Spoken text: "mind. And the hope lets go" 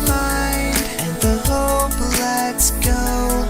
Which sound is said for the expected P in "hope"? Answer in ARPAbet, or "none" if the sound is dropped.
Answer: B